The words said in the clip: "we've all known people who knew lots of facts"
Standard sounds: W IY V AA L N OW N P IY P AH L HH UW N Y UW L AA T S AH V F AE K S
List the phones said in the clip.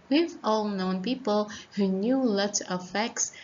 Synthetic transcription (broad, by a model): W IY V AA L N OW N P IY P AH L HH UW N Y UW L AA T AH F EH K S